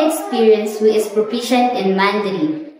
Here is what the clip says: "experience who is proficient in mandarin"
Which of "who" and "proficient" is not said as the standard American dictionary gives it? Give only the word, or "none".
proficient